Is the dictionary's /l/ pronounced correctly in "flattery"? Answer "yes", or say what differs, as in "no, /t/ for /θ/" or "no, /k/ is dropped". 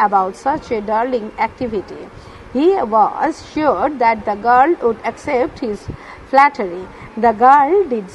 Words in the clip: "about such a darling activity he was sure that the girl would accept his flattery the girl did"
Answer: yes